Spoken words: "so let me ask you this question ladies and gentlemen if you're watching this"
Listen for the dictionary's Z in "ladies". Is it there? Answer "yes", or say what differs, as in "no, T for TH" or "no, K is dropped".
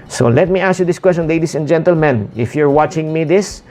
no, S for Z